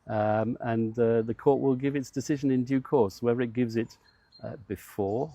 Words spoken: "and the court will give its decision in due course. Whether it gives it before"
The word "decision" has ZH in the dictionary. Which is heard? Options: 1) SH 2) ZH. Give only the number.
2